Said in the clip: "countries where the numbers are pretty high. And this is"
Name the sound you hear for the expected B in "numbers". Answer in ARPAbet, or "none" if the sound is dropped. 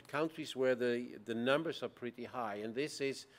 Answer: B